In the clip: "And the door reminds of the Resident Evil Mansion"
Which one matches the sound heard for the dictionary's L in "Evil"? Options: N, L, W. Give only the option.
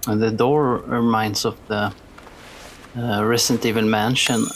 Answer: N